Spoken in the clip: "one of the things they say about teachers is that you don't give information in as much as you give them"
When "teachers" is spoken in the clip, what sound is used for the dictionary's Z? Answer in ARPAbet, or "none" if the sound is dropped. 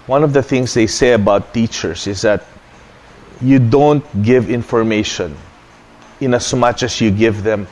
S